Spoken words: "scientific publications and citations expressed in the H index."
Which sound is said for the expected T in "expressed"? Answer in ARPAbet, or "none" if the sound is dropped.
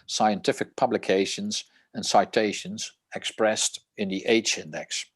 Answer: T